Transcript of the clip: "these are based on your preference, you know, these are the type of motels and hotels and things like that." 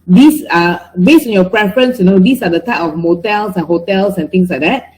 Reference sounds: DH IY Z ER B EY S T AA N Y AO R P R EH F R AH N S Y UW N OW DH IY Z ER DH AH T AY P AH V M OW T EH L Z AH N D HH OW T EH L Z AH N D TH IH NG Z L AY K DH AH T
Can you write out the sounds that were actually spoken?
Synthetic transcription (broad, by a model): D IY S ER B EY S T AA N Y AO P R EH F R AH N S Y UW N OW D IY S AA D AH T AY P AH F M OW T EH L S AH N HH OW T EH L S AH N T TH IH NG S L AY K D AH T